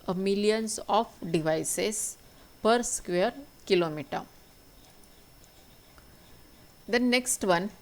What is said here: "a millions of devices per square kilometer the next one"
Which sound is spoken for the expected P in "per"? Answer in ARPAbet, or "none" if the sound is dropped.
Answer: P